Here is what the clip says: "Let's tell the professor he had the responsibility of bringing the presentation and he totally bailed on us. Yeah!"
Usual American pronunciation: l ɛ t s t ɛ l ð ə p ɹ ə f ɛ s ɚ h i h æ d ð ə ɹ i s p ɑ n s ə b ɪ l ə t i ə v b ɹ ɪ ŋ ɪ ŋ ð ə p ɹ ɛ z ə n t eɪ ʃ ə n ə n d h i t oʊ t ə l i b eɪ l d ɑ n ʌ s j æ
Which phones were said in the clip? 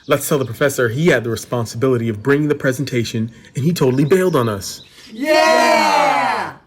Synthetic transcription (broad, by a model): l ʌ t s t ɛ l ð ə p ɹ ə f ɛ s ɚ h i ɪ d ð ə ɹ i s p ɑ n s ə b ɪ l ə t i ə v b ɹ ɪ ŋ ɪ ŋ ð ə p ɹ ɛ z ə n t eɪ ʃ ə n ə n i t oʊ t l i b eɪ l d n ʌ s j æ